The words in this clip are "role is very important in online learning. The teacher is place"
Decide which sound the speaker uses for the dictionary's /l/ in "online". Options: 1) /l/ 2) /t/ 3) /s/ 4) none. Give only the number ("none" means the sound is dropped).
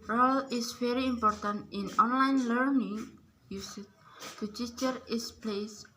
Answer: 1